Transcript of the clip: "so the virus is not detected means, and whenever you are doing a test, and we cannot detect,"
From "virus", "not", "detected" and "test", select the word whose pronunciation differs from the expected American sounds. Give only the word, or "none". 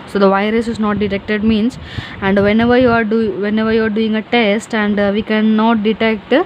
none